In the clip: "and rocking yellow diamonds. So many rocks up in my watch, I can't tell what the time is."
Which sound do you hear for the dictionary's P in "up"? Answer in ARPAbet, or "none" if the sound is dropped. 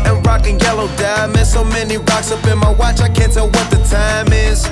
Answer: B